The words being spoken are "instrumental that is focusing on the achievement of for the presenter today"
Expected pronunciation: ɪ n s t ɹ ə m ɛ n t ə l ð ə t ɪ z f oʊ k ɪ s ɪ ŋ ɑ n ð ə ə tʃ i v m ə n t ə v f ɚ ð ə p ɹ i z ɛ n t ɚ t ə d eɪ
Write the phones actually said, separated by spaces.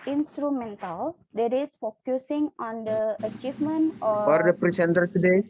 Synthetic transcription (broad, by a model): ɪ n s t ɹ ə m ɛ n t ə l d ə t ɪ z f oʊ k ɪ s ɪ ŋ ɑ n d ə ə tʃ i v m ə n t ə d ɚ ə p ɹ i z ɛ n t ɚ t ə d eɪ